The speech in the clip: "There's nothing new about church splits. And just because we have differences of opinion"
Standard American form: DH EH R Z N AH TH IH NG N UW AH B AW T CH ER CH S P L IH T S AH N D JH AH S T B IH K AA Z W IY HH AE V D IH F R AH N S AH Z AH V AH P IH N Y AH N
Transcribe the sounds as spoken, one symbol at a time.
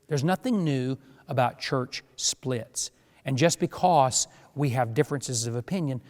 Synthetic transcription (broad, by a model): DH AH R Z N AH TH IH NG N UW AH B AW T CH ER CH S P L IH T S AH N JH AH S B IH K AA Z W IY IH V D IH F R AH N S AH Z AH V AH P IH N Y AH N